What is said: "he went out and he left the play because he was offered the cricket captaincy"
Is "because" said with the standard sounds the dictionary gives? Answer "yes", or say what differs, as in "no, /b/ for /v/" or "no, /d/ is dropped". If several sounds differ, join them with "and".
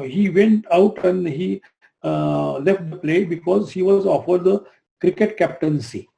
yes